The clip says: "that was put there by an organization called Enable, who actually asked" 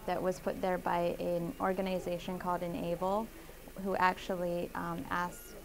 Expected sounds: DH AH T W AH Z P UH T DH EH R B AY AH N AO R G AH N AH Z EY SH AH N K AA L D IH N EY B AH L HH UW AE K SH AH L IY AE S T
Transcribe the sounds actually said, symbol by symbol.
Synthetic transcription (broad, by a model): DH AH T W AH Z P UH T DH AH R B AY AH N AO R G AH N AH Z EY SH AH N K AA L D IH N EY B L HH UW AE K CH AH L IY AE S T